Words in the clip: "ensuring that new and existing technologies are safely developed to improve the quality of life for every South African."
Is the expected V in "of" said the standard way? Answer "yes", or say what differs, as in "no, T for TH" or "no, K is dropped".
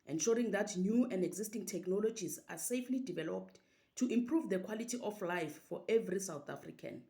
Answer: no, F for V